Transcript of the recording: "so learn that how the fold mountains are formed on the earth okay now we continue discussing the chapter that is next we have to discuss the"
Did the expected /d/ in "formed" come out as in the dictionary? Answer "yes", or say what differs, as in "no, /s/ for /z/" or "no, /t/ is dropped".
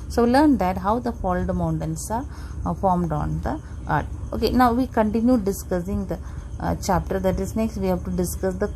yes